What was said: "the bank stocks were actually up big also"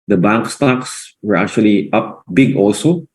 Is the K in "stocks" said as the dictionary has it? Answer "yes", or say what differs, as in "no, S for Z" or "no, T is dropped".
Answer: yes